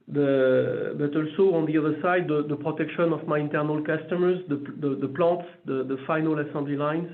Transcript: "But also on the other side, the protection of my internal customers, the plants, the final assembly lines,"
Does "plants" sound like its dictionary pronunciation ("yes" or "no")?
no